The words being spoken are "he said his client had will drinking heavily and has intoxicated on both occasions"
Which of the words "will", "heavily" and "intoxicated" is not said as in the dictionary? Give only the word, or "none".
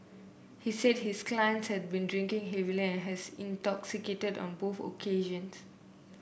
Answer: will